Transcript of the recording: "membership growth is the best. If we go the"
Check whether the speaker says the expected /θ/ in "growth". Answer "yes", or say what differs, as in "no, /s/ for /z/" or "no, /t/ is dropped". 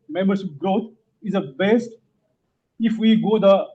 no, /t/ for /θ/